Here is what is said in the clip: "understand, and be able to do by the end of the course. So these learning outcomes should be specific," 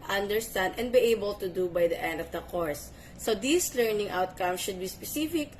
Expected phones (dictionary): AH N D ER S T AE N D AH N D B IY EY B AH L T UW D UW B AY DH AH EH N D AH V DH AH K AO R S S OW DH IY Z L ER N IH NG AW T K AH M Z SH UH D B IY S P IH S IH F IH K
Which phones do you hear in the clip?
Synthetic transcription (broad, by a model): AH N D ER S T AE N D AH N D B IY EY B AH L T UW D UW B AY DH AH EH N D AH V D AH K AO R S S OW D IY S L ER N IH NG AW T K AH M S SH UH D B IY S P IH S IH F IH K